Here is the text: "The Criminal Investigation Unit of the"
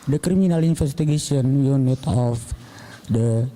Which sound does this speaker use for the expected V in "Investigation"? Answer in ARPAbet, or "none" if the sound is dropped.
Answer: F